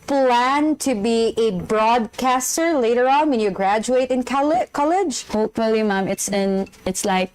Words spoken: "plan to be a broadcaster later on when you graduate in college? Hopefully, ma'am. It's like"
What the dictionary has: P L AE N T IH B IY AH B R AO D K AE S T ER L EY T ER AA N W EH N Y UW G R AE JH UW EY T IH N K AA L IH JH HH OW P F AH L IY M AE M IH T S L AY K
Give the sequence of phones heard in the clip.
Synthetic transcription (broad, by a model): P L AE N T IH B IY AH B R AO D K AE S T ER L EY T ER AA N W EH N Y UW G R AE JH UW EY T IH N K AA L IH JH HH OW P F AH L IY M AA M IH T S L AY K